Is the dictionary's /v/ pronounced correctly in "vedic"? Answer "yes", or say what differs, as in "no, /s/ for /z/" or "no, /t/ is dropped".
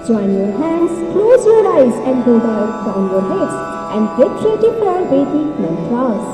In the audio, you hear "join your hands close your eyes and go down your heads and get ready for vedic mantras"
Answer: no, /b/ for /v/